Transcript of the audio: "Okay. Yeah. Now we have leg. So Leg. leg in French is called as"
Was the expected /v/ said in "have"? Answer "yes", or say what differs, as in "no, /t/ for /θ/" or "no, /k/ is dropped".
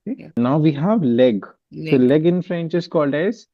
yes